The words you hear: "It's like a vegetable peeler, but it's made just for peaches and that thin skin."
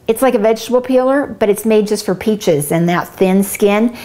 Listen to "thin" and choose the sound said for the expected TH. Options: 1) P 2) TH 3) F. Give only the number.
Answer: 2